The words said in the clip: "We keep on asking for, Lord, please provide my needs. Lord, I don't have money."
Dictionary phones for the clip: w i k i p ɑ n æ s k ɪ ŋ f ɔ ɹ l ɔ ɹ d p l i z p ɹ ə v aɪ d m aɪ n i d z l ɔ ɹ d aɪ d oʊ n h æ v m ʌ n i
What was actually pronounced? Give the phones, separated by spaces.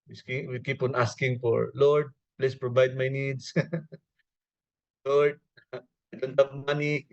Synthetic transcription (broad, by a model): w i k i p ɑ n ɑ s k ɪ ŋ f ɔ ɹ l ɔ ɹ d p l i s p ɹ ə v aɪ d m aɪ n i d s l ɔ ɹ d aɪ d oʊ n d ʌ m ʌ n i